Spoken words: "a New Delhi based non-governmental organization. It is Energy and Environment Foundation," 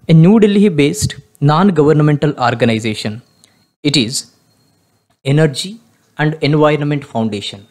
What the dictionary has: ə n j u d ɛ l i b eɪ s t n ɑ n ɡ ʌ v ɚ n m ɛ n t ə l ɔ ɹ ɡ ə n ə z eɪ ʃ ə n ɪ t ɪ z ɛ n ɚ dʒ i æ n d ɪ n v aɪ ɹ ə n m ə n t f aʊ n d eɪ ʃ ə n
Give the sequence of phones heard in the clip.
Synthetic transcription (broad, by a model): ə n j u d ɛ l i b eɪ s t n ɑ n ɡ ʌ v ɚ n m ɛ n t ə l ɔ ɹ ɡ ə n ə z eɪ ʃ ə n ɪ t ɪ z ɛ n ɚ dʒ i æ n d ɪ n v aɪ ɹ ə n m ə n t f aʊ n d eɪ ʃ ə n